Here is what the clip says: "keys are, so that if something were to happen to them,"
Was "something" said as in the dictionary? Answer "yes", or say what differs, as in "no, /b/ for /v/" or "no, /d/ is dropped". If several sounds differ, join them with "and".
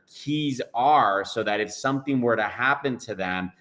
yes